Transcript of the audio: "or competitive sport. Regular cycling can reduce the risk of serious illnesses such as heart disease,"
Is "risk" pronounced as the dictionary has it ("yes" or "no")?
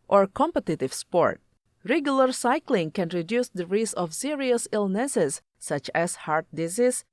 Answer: no